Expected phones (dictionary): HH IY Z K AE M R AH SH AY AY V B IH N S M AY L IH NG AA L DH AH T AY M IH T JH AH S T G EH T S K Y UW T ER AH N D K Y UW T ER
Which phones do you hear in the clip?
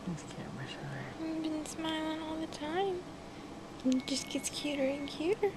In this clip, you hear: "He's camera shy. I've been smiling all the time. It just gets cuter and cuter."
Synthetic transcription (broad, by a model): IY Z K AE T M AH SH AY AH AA B IH N S M AY L IH NG AA L DH AH T AY M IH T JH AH S G EH T S K Y UW T ER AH N K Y UW T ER